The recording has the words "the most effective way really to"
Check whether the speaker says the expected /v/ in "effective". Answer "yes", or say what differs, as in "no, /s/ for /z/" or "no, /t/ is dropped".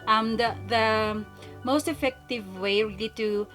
yes